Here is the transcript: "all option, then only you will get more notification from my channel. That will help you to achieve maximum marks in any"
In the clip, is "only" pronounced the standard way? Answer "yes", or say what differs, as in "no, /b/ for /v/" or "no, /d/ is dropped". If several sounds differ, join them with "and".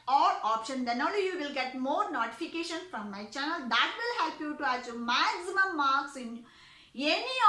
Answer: no, /n/ is dropped